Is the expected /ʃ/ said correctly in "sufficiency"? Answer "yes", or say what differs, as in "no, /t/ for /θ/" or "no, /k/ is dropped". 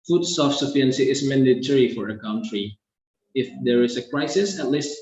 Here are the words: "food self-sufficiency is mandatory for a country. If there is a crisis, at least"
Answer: no, /ʃ/ is dropped